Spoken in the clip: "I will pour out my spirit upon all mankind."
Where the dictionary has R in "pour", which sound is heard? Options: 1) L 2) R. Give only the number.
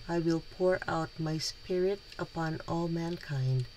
2